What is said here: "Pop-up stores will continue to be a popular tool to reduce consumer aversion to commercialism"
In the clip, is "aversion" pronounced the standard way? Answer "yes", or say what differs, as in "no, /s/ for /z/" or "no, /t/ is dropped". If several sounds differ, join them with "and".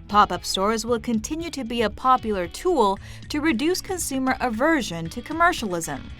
yes